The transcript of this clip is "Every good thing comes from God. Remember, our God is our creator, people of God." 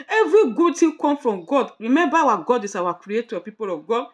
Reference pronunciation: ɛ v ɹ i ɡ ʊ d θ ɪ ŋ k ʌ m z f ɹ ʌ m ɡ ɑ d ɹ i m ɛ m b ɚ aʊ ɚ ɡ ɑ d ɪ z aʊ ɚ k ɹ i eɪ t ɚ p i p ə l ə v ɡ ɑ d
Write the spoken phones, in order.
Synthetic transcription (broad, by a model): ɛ v ɹ i ɡ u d t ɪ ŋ k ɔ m f ɹ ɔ m ɡ ɑ d ɹ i m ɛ m b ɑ aʊ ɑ ɡ ɑ d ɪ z aʊ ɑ k ɹ i eɪ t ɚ p i p ə l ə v ɡ ɑ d